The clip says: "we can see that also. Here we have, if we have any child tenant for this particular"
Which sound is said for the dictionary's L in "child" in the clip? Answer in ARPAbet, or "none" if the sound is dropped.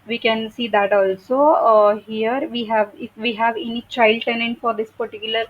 L